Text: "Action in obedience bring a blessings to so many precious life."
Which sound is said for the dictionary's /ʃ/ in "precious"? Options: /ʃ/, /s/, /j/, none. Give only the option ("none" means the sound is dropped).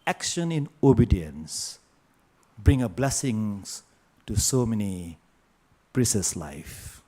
/s/